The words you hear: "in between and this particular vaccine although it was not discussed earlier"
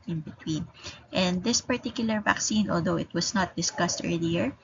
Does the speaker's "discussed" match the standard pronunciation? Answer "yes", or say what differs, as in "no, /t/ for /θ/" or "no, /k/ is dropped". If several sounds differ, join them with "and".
yes